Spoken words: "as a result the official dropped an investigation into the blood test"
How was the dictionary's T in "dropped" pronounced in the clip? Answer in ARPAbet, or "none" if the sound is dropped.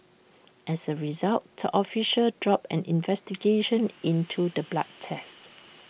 none